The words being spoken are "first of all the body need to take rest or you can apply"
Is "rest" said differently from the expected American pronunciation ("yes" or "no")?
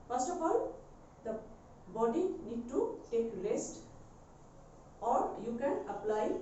yes